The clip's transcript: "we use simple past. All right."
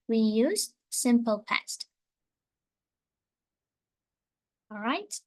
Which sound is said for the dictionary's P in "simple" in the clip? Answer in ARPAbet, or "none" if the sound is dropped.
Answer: P